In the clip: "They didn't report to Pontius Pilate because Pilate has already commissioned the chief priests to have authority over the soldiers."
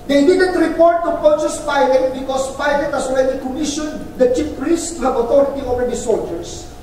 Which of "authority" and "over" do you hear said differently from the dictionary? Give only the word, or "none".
authority